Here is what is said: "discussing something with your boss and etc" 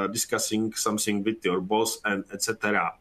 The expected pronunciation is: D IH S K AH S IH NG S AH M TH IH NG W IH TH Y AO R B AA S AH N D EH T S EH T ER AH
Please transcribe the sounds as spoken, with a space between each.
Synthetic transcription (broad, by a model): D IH S K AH S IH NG S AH M S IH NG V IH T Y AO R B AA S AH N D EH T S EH T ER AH